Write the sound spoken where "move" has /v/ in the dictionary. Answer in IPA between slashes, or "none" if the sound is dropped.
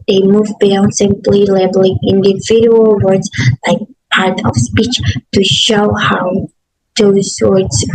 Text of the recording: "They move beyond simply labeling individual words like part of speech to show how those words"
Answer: /v/